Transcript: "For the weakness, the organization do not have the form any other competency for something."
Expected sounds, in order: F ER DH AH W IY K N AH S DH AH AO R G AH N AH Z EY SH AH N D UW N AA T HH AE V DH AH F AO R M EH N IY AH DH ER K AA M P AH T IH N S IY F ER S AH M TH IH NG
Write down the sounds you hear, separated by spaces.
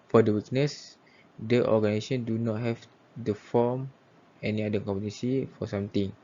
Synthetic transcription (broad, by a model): F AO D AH W IY K N AH S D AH AO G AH N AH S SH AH N D UW N AA T HH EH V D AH F AO M EH N IY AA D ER K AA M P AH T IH S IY F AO S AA M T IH NG